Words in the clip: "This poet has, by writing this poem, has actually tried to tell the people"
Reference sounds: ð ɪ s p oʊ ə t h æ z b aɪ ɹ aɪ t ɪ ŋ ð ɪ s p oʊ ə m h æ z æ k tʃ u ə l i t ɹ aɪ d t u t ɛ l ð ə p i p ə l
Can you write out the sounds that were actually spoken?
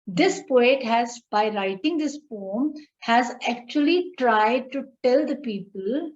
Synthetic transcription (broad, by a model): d ɪ s p oʊ ə t h æ z b aɪ ɹ aɪ t ɪ ŋ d ɪ s f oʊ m h æ z æ k tʃ u ə l i t ɹ aɪ d t u t ɛ l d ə p i p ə l